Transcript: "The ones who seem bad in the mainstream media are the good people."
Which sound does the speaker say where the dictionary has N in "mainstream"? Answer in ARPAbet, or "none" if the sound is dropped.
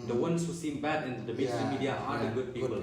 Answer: none